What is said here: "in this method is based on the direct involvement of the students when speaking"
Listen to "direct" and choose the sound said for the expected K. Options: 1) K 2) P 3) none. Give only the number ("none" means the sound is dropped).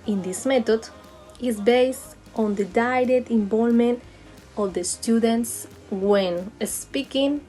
3